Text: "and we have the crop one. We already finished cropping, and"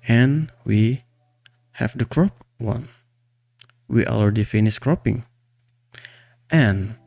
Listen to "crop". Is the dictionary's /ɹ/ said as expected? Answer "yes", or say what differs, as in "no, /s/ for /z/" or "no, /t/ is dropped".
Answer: yes